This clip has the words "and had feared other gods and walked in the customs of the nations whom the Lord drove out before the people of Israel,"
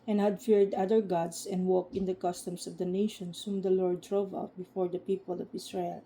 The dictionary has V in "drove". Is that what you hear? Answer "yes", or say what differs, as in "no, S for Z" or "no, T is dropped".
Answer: yes